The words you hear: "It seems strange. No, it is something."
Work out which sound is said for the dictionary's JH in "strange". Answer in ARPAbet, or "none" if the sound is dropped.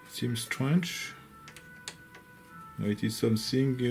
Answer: CH